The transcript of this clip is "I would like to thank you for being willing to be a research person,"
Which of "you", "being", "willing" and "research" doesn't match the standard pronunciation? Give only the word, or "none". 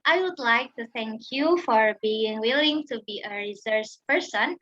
research